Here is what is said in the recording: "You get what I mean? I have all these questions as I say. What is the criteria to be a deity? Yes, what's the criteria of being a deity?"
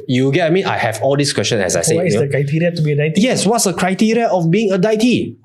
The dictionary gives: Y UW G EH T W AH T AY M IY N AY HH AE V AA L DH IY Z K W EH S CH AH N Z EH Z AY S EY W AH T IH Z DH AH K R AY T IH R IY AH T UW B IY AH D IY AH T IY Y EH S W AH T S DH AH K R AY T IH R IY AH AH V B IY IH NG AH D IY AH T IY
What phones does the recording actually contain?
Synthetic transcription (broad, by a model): Y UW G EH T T AY M IY N AY HH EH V AA L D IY S K W EH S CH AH N EH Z AY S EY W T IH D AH K R AY T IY R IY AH T UW B IY AH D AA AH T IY Y EH S W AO T S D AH K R AY T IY R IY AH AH F B IY IH NG AH D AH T IY